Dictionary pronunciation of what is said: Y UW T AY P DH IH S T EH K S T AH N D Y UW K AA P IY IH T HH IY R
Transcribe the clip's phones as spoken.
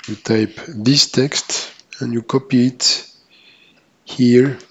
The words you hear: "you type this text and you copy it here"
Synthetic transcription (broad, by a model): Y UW T AY P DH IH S T EH K S T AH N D Y UW K AA P IY IH T HH IY R